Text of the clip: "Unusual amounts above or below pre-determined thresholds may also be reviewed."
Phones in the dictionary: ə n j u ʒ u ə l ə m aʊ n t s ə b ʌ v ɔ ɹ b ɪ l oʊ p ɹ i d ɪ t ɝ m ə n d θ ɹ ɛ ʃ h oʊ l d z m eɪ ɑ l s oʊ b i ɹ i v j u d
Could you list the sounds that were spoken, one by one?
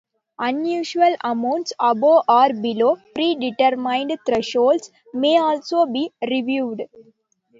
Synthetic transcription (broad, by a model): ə n j u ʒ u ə l ə m aʊ n t s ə b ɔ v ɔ ɹ b ɪ l oʊ p ɹ i d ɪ t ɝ m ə n d t ɹ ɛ ʃ oʊ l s m eɪ ɑ l s oʊ b i ɹ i v j u d